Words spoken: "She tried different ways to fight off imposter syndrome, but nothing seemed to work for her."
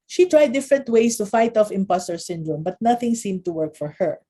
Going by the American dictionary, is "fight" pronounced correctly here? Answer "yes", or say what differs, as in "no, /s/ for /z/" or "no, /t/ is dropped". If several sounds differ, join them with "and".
yes